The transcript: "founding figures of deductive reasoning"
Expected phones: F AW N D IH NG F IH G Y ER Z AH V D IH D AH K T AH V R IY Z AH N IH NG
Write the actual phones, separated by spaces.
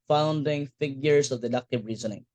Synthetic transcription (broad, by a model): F AW N D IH NG F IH G Y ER S AH V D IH D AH K T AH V R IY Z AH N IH NG